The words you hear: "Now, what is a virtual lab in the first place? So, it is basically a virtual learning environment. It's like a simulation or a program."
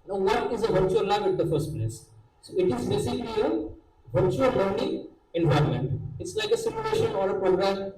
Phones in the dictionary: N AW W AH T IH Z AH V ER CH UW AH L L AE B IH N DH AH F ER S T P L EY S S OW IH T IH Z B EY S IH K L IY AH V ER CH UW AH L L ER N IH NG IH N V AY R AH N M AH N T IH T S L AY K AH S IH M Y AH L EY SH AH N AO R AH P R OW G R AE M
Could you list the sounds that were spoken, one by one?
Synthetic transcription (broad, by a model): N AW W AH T IH Z AH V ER CH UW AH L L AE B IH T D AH F ER S T P L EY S S OW IH T IH Z B EY S IH K L IY AH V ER CH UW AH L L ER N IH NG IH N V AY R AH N M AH N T IH T S L AY K AH S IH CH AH EY SH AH N AO R AH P R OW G R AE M